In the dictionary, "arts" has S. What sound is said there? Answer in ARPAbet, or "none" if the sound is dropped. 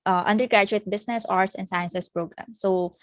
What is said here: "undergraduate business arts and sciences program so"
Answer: S